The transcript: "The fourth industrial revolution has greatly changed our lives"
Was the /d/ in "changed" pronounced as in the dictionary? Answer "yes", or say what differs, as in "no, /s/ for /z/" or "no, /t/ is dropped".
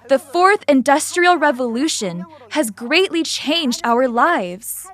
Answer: yes